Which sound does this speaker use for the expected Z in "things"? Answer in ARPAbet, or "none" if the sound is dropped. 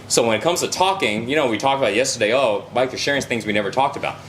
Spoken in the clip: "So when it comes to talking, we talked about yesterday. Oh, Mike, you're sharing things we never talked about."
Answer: Z